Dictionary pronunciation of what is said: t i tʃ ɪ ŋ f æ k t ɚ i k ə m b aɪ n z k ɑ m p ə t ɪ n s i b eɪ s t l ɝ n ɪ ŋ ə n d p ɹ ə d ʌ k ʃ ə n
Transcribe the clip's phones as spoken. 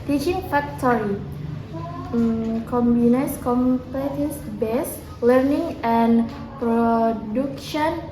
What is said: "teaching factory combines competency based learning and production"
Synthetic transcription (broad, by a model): t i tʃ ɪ ŋ f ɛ k t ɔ i k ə m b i n s k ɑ m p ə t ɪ s b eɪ s l ɝ n ɪ ŋ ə n p ɹ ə d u k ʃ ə n